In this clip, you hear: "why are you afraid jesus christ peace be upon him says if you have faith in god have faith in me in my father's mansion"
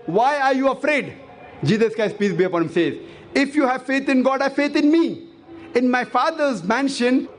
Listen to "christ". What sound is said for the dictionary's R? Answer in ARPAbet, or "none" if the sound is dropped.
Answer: none